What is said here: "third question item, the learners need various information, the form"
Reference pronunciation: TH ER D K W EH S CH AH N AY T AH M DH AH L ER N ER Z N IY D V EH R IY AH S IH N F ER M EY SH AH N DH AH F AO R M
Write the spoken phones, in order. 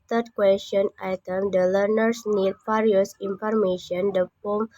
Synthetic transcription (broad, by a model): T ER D K W EH S CH AH N AY T AH M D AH L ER N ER S N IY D F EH R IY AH S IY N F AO M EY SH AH N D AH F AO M